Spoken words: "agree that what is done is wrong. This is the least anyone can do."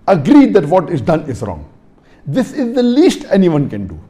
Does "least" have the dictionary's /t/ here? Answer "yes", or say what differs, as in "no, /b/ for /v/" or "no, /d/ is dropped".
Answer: yes